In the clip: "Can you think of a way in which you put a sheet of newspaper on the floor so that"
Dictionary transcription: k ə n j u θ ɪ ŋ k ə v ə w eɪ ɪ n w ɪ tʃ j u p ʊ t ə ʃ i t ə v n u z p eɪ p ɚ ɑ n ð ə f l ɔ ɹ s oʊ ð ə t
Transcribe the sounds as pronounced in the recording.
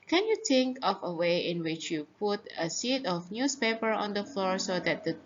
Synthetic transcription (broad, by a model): k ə n j u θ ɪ ŋ k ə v ə w eɪ ɪ n w ɪ tʃ j u p ʊ t ə s i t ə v n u s p eɪ p ɚ ɑ n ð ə f l ɔ ɹ s oʊ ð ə t